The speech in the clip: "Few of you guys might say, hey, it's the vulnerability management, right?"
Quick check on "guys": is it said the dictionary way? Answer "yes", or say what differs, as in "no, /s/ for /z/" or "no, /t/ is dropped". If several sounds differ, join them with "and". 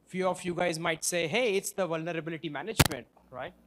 yes